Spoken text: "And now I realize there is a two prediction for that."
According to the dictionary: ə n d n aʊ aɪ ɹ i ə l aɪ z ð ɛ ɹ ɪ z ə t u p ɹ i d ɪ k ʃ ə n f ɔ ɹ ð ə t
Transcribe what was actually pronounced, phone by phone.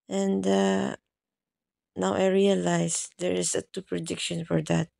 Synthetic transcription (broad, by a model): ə n d n aʊ aɪ ɹ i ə l aɪ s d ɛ ɹ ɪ s ə t u p ɹ i d ɪ k ʃ ə n f ɔ ɹ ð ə t